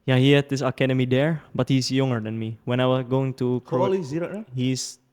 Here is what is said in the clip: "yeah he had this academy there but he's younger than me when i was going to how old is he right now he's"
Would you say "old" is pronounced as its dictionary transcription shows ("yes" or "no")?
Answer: no